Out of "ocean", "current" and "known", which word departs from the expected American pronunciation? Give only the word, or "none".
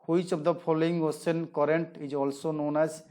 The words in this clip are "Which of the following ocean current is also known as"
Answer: ocean